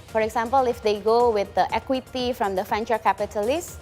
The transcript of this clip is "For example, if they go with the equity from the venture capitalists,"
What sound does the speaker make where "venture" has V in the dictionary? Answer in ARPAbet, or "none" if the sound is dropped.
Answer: F